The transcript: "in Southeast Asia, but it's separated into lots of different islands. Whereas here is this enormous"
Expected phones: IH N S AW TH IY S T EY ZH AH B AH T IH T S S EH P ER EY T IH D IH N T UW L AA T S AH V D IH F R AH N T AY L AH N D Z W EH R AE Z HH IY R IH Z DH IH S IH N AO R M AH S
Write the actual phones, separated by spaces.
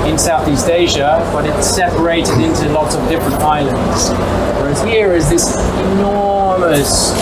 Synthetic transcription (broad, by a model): IH N S AW TH IY S T EY ZH AH B AH T IH T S S EH P ER EY T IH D IH N T UW L AA T S AH V D IH F R AH N T AY L AH N D Z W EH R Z HH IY R IH Z DH IH S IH N AO R M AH S